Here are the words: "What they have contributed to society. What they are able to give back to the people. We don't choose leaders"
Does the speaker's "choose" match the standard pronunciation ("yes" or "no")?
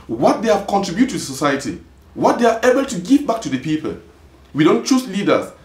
no